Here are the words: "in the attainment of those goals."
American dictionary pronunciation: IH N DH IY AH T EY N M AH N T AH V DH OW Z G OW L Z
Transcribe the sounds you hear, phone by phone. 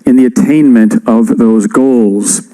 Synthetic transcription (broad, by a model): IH N DH IY AH T EY N M AH N T AH V DH OW Z G OW L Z